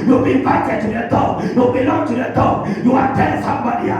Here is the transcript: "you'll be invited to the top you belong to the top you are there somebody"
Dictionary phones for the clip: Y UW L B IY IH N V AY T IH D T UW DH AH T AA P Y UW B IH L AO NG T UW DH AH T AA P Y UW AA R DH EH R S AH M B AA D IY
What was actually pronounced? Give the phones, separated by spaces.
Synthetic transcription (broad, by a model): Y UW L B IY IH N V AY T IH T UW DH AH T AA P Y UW B IH L AO NG T UW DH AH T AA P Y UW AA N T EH L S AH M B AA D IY